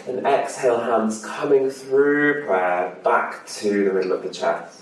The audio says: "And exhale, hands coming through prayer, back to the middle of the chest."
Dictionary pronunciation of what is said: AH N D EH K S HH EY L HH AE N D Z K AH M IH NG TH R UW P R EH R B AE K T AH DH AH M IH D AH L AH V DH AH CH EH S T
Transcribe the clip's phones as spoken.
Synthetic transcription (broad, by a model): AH N EH K S HH EY L HH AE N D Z K AH M IH NG TH R UW P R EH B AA K T AH DH AH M IH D L AH V DH AH CH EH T